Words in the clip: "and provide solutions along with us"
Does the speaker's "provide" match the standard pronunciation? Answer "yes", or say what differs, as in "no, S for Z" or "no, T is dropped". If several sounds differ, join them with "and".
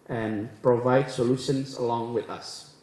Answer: yes